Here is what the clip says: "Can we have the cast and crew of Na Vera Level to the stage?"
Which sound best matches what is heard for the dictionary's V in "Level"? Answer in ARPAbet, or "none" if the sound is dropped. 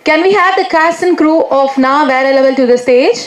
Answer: B